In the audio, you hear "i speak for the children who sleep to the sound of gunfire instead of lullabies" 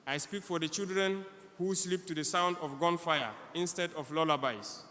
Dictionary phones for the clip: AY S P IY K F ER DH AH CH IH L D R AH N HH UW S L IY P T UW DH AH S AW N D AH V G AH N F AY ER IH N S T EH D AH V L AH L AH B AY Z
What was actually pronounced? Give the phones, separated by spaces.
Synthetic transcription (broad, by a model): AY S P IY K F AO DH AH CH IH L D R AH N HH UW S L IY P T UW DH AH S AW N D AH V G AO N F AY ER IH N S T EH D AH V L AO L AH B AY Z